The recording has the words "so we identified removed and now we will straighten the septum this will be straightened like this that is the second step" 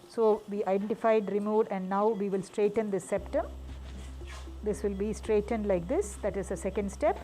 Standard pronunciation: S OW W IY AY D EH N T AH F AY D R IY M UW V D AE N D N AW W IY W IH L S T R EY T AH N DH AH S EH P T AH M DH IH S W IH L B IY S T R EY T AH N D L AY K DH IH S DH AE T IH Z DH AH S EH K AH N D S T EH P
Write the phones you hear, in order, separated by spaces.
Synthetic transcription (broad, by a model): S OW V IY AY D EH N T AH F AY D R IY M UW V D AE N D N AW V IY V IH L S T R EY T AH N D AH S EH P T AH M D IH S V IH L B IY S T R EY T AH N D L AY K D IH S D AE T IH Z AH S EH K AH N D S T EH P